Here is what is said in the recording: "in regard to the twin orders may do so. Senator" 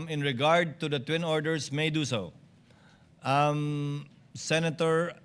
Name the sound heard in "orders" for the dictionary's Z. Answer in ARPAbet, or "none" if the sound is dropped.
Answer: S